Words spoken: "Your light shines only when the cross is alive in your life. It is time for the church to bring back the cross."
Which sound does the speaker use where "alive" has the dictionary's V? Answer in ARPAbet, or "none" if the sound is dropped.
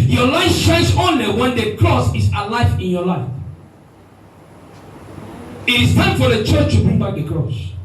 F